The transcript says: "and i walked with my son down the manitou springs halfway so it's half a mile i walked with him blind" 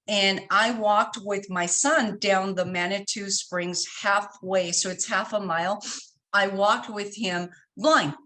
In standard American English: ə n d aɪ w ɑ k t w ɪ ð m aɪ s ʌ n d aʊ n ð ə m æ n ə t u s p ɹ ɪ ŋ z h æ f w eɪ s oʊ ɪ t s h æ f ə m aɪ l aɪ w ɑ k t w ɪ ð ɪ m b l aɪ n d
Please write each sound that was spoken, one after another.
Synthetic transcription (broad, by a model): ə n aɪ w ɑ k t w ɪ ð m aɪ s ʌ n d aʊ n ð ə m æ n ə t u s p ɹ ɪ ŋ z h æ f w eɪ s oʊ ɪ t s h æ f ə m aɪ l aɪ w ɑ k t w ɪ ð ɪ m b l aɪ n